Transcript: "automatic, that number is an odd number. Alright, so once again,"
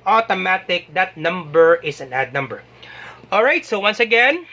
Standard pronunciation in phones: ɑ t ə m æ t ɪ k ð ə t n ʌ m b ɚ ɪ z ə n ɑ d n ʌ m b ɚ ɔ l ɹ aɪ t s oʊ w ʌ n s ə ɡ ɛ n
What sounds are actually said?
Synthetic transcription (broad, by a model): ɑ t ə m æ t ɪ k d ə t n ʌ m b ɚ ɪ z ə n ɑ d n ʌ m b ɚ ɔ l ɹ aɪ t s oʊ w ʌ n s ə ɡ ɛ n